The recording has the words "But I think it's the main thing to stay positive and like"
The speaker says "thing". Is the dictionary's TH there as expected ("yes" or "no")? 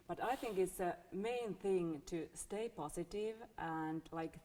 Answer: yes